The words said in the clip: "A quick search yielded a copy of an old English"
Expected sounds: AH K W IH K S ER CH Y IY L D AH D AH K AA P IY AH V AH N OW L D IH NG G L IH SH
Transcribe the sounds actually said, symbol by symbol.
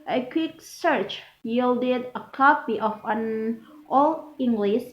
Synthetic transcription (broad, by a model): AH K W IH K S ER CH Y IY L D AH D AH K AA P IY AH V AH N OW L IH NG G L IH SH